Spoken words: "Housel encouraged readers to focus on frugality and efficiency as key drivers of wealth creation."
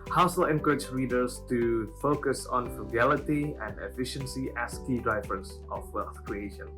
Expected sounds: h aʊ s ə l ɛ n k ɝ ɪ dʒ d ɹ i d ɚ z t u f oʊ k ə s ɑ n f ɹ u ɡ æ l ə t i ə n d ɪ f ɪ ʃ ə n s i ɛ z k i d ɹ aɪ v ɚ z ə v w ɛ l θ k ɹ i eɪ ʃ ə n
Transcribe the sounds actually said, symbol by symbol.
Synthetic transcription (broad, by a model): h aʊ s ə l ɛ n k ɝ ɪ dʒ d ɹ i d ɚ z t u f oʊ k ə s ɑ n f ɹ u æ l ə t i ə n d ɪ f ɪ ʃ ə n s i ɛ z k i d ɹ aɪ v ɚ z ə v w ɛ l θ k ɹ i eɪ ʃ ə n